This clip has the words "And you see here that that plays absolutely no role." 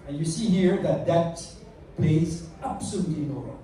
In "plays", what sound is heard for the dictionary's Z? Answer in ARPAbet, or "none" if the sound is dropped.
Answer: Z